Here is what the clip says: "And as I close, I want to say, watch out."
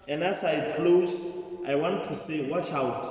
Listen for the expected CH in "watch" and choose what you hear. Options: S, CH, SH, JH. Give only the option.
CH